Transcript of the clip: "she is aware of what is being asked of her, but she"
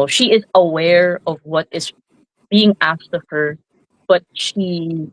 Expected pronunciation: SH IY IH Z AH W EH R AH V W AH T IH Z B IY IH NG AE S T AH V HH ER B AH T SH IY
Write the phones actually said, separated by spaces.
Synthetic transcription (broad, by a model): SH IY IH Z AH W EH R AH V W AH T IH Z B IY IH NG AE S T AH V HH ER B AH T SH IY